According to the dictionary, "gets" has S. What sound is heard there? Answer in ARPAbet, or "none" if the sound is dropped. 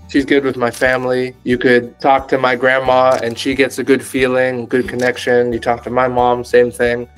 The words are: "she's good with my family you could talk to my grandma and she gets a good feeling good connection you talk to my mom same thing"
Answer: S